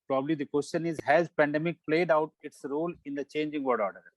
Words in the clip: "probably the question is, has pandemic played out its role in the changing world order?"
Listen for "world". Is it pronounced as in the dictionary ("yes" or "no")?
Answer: no